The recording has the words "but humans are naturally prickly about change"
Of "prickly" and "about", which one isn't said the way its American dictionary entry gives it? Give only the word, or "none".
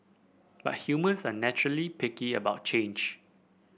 prickly